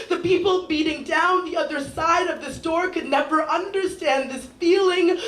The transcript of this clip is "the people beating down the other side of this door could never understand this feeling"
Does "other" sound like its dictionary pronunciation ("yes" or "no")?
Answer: yes